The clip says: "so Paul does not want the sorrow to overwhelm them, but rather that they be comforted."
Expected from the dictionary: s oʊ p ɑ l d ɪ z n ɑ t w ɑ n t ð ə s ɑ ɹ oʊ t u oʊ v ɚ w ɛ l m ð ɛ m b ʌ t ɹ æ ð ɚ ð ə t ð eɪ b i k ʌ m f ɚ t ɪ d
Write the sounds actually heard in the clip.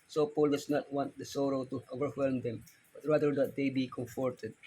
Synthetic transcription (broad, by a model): s oʊ p ɑ l d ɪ s n ɑ t w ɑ n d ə s ɑ ɹ oʊ t u oʊ v ɚ w ɛ l m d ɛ m b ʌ t ɹ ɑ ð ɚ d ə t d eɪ b i k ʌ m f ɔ t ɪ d